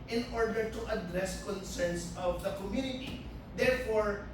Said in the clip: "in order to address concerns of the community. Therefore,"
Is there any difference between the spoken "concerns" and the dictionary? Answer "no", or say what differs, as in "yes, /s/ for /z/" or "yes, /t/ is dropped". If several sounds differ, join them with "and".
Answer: yes, /s/ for /z/